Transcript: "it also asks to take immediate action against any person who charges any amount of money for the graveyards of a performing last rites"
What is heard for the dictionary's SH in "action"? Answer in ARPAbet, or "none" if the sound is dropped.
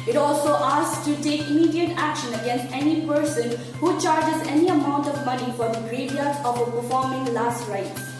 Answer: SH